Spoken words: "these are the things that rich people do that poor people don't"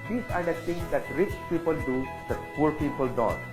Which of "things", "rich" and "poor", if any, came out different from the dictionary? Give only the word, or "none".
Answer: things